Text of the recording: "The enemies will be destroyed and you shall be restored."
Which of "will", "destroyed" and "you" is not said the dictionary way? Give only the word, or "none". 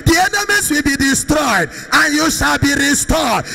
none